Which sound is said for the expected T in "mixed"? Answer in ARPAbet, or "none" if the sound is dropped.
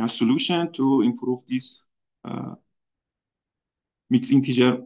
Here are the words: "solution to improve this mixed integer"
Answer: none